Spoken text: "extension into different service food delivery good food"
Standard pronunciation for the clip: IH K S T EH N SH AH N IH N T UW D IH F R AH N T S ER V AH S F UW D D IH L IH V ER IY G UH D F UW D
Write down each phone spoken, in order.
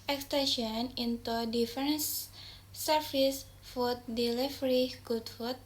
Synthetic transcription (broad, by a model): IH K S T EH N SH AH N IH N T UW D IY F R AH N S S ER F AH S F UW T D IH L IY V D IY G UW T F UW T